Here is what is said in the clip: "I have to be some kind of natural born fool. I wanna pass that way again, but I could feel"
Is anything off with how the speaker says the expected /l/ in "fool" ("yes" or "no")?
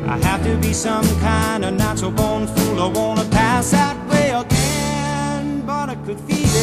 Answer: no